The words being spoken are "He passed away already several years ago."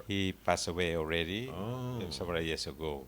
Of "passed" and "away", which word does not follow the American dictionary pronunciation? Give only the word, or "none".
passed